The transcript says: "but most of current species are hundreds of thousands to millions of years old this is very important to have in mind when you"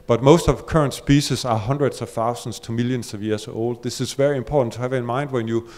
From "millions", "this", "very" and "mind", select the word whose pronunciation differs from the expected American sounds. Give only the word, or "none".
millions